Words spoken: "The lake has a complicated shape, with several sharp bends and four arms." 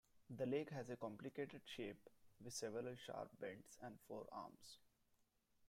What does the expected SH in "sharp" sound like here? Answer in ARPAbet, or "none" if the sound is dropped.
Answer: SH